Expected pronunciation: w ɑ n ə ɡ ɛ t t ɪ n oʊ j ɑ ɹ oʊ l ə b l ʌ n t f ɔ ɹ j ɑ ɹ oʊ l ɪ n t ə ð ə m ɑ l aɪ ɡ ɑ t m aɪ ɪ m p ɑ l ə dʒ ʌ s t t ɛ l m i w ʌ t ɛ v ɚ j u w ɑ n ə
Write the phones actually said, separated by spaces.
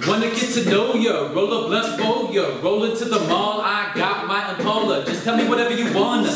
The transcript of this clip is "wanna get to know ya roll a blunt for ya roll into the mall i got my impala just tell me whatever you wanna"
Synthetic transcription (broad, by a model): w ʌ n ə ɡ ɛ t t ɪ n oʊ j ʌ ɹ oʊ l ə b l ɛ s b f ɔ l j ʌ ɹ oʊ l ɪ n t ə ð ə m ɑ l aɪ ɡ ɑ t m aɪ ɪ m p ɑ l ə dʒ ʌ s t t ɛ l m i w ʌ t ɛ v ɚ j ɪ w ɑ n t